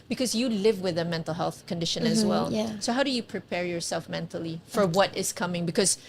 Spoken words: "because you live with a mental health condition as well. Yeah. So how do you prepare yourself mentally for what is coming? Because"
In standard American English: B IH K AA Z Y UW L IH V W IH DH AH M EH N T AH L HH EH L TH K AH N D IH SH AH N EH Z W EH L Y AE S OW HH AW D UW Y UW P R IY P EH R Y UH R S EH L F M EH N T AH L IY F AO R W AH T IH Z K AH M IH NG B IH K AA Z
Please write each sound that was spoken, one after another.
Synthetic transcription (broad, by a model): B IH K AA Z Y UW L IH V W IH DH AH M EH N T AH L HH EH L TH K AH N D IH SH AH N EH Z W EH L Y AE S OW HH AW D UW Y UW P R IY P EH R Y UH R S EH L F M EH N T AH L IY F AO R W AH T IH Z K AH M IH NG B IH K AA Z